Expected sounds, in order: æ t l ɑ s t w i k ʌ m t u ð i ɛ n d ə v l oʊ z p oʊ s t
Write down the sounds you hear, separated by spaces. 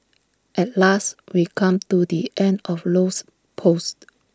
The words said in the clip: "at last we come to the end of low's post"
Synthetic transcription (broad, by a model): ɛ t l ɑ s t w i k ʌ m t u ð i ɛ n d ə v l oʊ s p oʊ s t